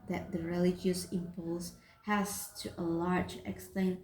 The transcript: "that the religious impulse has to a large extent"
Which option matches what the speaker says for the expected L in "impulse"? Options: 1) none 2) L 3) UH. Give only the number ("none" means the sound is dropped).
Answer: 2